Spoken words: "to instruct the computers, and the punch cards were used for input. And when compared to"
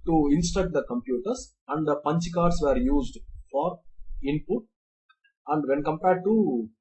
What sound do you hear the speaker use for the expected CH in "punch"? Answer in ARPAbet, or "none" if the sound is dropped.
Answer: CH